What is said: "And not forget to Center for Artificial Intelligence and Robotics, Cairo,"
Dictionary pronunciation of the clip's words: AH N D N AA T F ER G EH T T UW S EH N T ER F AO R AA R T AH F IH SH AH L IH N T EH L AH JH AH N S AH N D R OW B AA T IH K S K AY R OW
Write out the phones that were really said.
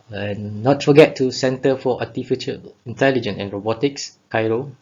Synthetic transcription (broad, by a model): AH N N AA T F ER G EH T T UW S EH N T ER F AO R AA T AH F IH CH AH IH N T EH L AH JH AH N AH N R OW B AA T IH K S K AY R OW